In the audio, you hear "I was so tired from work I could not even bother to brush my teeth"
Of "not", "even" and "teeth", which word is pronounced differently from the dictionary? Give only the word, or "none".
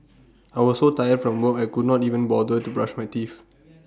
teeth